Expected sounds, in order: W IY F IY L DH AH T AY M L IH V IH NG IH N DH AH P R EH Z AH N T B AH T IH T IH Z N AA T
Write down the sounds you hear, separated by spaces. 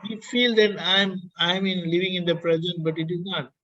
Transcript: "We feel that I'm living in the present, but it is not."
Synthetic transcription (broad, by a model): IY F IY L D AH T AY M L IH V IH NG IH N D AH P R EH Z AH N T B AH T IH T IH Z N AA T